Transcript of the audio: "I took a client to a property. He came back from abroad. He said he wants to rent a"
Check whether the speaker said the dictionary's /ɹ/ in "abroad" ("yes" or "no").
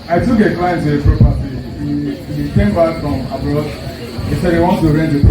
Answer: no